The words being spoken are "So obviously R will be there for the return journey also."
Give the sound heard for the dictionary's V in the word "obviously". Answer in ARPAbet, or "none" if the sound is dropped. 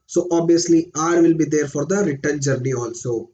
none